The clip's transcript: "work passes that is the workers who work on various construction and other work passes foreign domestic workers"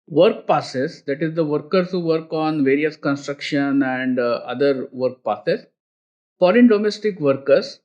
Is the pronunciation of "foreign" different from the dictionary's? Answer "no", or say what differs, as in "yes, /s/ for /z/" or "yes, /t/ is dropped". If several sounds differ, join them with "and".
yes, /l/ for /ɹ/